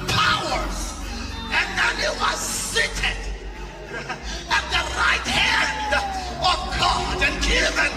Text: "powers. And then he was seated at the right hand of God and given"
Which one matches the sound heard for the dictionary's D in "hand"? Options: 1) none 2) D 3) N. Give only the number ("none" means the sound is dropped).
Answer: 2